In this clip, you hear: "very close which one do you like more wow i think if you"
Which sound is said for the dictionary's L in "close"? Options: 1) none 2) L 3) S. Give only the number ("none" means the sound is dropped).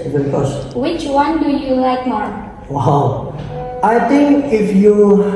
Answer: 1